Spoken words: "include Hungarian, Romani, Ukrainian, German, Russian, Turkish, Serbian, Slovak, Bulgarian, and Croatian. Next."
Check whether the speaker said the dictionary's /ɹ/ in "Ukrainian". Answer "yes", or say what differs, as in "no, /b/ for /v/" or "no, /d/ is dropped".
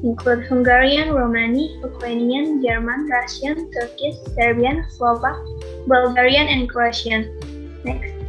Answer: no, /w/ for /ɹ/